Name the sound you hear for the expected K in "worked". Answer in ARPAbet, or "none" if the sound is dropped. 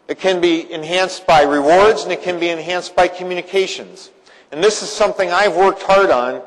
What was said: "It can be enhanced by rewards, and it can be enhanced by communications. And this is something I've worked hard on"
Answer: K